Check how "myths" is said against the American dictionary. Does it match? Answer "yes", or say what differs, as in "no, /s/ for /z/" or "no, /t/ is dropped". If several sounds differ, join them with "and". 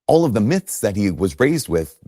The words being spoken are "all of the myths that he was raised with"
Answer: yes